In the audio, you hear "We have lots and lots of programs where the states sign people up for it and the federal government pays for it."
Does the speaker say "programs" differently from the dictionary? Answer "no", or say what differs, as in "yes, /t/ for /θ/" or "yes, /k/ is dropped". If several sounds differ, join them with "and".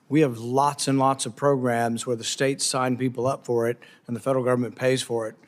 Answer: no